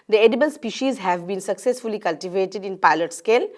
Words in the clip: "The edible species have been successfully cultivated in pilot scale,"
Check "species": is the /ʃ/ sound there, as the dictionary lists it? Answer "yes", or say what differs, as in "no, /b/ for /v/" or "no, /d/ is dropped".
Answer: yes